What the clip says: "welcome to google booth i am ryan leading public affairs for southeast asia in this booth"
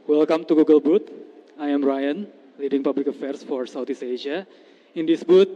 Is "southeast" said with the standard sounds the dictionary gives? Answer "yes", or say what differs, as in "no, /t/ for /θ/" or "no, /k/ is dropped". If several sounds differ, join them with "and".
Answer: no, /t/ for /θ/ and /t/ is dropped